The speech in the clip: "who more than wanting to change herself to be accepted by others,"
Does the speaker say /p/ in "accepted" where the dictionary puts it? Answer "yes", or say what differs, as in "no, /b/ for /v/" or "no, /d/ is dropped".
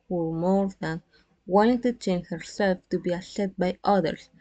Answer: no, /p/ is dropped